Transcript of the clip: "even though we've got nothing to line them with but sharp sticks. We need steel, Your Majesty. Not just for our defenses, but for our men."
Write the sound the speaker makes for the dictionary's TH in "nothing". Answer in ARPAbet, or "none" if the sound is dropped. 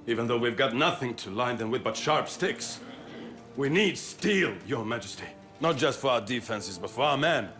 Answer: TH